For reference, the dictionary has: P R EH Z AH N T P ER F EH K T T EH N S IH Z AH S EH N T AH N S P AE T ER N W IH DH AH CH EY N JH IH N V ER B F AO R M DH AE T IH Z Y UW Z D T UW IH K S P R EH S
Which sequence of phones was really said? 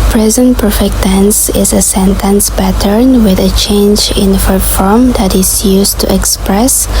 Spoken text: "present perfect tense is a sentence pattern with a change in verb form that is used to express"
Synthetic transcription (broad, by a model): P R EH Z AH N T P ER F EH K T T EH N S IH Z AH S EH N T AH N S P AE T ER N W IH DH AH CH EY N JH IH N F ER F AO R M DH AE T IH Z Y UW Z T UW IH K S P R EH S